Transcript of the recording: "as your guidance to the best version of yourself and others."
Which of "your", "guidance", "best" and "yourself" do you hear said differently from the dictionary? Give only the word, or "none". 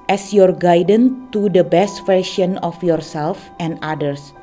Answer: guidance